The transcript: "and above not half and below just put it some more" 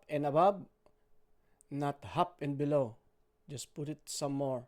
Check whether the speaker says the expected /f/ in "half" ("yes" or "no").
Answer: no